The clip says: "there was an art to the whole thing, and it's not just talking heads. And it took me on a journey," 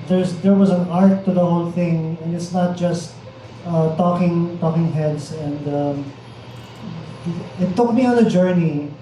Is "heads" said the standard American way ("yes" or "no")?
no